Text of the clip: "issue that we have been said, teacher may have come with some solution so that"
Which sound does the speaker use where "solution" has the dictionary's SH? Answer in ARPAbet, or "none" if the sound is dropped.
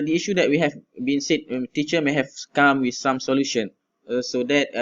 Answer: SH